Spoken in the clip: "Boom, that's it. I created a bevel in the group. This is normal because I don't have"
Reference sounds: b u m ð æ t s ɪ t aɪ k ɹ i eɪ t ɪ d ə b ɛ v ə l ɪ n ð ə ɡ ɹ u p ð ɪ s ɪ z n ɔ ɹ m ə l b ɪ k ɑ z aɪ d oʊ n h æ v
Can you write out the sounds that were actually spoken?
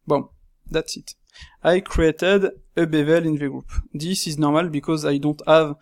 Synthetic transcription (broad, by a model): b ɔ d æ t s ɪ t aɪ k ɹ i eɪ t ɪ d ə b ɛ v ə l ɪ n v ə ɡ ɹ u p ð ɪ s ɪ z n ɔ ɹ m ə l b ɪ k ɑ z aɪ d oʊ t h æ v